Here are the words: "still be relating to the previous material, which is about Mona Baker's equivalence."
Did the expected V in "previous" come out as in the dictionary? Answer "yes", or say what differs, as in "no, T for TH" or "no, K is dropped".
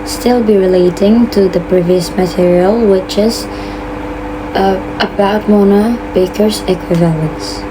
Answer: yes